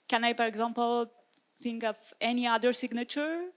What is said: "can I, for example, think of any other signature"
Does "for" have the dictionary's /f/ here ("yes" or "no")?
no